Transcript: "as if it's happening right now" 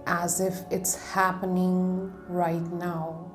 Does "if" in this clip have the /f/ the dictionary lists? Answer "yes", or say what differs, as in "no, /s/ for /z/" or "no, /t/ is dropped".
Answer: yes